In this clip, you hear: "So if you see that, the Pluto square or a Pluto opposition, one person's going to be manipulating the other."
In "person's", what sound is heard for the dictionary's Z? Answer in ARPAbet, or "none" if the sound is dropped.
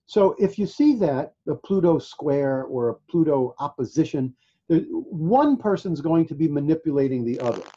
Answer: Z